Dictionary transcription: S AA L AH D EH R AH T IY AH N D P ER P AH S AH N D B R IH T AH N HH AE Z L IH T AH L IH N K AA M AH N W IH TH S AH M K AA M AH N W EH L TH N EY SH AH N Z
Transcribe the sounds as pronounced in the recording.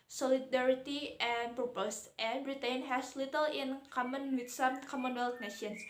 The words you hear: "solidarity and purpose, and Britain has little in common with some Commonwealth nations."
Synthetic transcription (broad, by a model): S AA L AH D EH R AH T IY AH N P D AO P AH S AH N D R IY T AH N HH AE S L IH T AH L IH N K AA M AH N W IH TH S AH M K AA M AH N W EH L T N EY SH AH N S